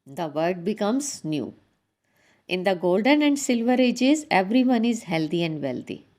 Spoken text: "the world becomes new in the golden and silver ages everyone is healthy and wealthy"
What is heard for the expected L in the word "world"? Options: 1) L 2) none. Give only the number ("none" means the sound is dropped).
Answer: 2